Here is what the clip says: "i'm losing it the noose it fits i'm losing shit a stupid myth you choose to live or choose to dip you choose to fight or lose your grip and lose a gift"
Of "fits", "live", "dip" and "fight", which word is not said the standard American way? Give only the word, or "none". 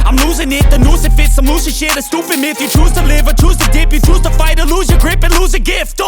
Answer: none